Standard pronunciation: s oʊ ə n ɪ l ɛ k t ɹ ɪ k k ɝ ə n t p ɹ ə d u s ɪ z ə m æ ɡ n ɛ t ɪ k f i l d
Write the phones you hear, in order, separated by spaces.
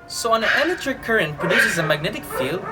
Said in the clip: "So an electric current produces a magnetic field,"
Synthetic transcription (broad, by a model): s oʊ ə n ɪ n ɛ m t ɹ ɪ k k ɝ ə n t p ɹ ə d u s ɪ z ə m æ ɡ n ɛ t ɪ k f i l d